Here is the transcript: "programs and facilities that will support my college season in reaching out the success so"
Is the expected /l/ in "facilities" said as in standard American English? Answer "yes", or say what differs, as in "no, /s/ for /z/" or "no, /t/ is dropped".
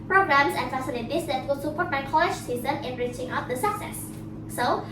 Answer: no, /n/ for /l/